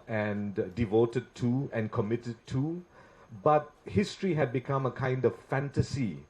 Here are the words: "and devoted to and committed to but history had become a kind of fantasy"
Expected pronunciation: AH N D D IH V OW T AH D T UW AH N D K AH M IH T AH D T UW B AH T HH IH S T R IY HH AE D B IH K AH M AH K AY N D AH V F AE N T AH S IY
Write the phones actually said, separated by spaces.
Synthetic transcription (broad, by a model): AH N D D IH V OW T AH D T UW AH N K AH M IH T AH D T UW B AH T HH IH S T R IY HH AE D B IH K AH M AH K AY N D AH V F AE N T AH S IY